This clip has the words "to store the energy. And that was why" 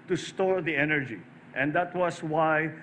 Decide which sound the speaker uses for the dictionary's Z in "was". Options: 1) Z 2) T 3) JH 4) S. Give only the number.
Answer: 4